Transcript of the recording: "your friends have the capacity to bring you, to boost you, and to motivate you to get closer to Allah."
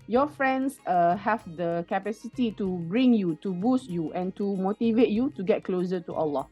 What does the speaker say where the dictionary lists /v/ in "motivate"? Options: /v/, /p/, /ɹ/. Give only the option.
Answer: /v/